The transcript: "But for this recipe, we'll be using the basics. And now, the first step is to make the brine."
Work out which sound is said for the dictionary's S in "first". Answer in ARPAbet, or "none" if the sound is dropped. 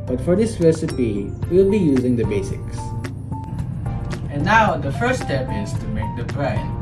none